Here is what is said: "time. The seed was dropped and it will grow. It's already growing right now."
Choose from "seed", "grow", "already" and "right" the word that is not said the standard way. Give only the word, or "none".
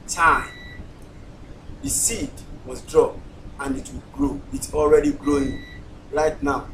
right